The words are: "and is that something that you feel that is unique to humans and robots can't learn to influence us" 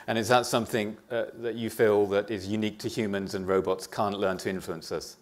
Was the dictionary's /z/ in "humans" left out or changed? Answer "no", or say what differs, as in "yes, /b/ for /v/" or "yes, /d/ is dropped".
no